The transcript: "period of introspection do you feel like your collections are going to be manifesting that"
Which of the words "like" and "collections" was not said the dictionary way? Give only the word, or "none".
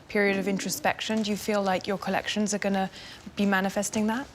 none